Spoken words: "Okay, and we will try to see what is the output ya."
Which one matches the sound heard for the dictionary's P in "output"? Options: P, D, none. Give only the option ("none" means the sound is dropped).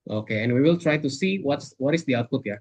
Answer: P